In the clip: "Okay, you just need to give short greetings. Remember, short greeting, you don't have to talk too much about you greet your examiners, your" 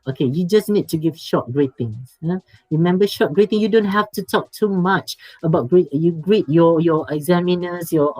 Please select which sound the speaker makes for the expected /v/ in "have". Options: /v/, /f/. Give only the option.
/f/